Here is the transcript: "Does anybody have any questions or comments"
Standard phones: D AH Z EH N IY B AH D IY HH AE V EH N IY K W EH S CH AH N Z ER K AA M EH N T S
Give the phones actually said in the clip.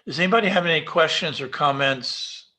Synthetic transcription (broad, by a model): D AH Z EH N IY B AH D IY HH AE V EH N IY K W EH S CH AH N Z ER K AA M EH N T S